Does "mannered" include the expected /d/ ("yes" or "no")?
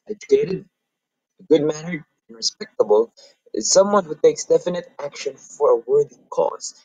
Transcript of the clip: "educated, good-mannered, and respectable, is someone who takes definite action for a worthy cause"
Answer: no